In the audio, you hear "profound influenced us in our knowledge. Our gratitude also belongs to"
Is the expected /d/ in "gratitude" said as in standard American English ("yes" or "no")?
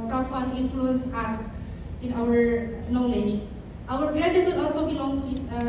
no